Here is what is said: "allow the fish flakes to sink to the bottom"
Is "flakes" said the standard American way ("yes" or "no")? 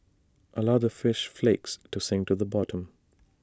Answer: yes